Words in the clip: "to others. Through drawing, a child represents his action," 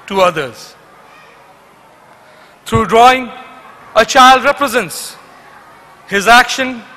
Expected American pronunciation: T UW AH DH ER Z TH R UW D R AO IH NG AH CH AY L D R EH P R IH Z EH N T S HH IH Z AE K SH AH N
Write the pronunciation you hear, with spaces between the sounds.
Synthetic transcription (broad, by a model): T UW AH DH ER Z T R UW D R AO IH NG AH CH AY L D R EH P R IH Z EH N T S HH IH Z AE K SH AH N